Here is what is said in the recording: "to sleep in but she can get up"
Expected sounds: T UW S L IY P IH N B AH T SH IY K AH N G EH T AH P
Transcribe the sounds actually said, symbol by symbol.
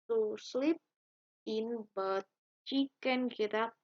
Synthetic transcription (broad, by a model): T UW S L IY P IH N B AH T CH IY K AH N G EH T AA